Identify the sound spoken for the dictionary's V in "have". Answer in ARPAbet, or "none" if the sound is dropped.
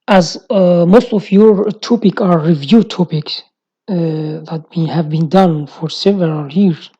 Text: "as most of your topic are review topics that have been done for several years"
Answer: V